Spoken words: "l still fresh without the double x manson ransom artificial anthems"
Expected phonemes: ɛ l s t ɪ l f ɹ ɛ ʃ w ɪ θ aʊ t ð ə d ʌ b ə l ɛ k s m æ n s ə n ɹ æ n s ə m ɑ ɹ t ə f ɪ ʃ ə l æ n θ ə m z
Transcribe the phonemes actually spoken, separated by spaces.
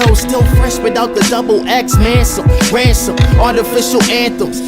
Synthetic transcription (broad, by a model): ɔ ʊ s t ɪ l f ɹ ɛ s w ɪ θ aʊ t ð ə d ʌ b l ɛ k s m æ n s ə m ɹ æ n s ə m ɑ ɹ t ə f ɪ ʃ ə l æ n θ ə m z